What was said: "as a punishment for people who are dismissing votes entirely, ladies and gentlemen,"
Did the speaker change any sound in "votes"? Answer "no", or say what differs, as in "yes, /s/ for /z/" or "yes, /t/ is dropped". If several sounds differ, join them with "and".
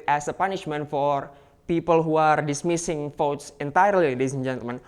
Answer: yes, /f/ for /v/